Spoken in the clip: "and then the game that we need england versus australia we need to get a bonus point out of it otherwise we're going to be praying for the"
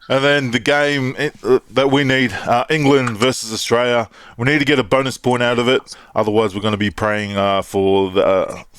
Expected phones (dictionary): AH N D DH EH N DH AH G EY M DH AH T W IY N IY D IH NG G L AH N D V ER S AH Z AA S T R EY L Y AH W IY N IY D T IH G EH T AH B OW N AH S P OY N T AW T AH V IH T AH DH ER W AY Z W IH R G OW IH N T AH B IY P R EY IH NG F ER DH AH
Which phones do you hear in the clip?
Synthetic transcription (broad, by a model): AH N DH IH N DH AH G EY M DH AH T W IY N IY D IH NG G L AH N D V ER S AH Z AA S T R EY L Y AH W IY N IY D T IH G EH T AH B OW N AH S P OY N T AW T AH V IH T AH DH ER W AY Z W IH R G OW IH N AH B IY P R EY IH NG F ER DH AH